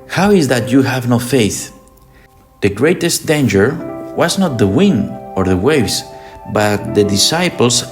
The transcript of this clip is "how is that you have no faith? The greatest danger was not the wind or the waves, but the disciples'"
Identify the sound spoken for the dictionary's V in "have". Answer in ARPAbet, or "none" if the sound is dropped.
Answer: V